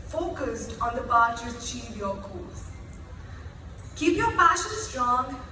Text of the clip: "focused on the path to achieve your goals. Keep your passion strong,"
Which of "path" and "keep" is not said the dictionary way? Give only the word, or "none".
path